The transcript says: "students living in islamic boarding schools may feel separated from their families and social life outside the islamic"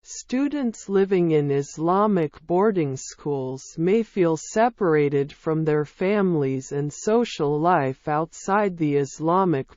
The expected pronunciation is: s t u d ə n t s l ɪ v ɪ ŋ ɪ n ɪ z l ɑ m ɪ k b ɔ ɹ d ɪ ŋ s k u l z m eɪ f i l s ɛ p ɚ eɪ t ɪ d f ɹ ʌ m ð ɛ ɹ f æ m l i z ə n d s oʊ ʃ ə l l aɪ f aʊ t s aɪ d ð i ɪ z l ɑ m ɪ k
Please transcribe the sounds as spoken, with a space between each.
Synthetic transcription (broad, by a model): s t u d n t s l ɪ v ɪ ŋ ɪ n ɪ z l ɑ m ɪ k b ɔ ɹ d ɪ ŋ s k u l z m eɪ f i l s ɛ p ɚ eɪ t ɪ d f ɹ ʌ m ð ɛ ɹ f æ m l i z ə n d s oʊ ʃ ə l l aɪ f aʊ t s aɪ d ð i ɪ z l ɑ m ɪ k